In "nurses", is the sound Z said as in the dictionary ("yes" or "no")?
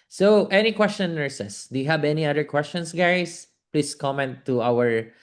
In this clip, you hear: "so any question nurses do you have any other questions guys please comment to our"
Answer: no